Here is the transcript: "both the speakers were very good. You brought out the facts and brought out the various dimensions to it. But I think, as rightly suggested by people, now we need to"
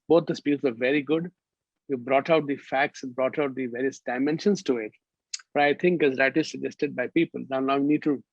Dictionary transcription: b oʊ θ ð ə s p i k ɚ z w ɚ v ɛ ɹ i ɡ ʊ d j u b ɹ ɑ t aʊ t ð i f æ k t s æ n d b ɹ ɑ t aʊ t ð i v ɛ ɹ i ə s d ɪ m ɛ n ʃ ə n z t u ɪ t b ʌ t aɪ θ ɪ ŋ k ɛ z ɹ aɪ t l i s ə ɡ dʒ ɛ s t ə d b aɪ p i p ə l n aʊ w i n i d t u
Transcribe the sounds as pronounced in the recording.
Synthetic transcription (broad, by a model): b oʊ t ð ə s p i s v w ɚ v ɛ ɹ i ɡ ʊ d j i b ɹ ɑ t aʊ t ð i f æ k t s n b ɹ ɑ t aʊ t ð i v ɛ ɹ i ə s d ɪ m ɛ n ʃ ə n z t u ɪ t b ʌ t aɪ t ɪ ŋ k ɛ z ɹ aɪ t i s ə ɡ dʒ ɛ s t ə d b aɪ p i p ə l n aʊ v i n i d t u